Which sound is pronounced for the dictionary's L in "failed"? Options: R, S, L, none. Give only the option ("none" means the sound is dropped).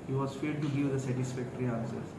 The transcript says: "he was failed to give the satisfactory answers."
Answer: none